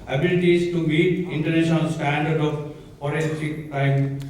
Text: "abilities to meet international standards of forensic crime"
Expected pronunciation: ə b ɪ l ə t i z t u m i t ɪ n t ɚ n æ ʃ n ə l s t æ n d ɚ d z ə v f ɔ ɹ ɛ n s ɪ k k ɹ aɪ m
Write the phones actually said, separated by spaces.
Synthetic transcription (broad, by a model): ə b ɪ l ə t i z t u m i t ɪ n t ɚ n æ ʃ n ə l s t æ n d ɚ d ə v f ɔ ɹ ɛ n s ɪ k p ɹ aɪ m